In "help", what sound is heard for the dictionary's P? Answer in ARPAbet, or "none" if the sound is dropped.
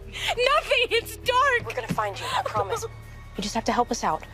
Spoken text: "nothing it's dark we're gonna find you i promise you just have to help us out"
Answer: P